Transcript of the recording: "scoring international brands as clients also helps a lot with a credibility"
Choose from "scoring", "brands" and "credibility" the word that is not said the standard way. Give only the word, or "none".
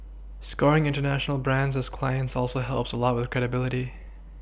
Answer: none